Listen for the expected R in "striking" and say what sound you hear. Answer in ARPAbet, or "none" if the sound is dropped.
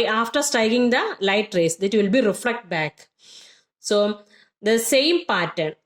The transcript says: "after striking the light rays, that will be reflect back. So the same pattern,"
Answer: none